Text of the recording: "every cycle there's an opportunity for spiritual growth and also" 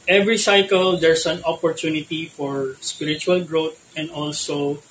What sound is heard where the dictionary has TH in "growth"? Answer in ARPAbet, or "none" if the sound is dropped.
T